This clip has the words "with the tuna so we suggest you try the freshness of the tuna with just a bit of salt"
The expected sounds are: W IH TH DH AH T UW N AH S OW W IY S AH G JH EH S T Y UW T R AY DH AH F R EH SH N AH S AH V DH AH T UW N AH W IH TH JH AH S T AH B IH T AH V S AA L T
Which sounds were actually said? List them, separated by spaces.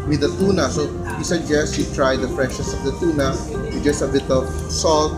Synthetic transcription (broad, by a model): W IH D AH T UW N AH S OW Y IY S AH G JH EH S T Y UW T R AY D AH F R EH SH AH S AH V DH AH T UW N AH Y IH JH AH S T AH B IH T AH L S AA L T